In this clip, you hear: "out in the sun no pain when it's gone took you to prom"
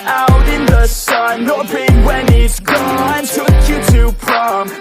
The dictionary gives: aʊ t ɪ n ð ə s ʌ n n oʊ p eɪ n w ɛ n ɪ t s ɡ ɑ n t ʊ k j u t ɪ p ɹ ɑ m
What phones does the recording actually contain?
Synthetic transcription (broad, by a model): aʊ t ɪ n ð ə s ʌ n l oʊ b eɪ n w ɛ n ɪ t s ɡ ɑ n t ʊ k j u t ɪ p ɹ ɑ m